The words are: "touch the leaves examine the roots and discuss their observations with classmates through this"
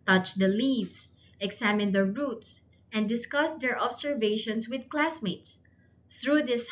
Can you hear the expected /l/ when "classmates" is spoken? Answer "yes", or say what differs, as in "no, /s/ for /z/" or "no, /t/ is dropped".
yes